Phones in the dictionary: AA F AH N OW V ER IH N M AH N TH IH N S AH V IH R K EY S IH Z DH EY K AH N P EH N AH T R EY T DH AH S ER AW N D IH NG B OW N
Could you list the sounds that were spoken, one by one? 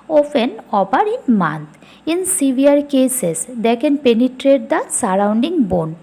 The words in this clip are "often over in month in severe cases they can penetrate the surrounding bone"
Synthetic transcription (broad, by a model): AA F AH N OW P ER IH N M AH N T IH N S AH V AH R K EY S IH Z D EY K AH N P EH N AH T R EY T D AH S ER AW N D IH NG B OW N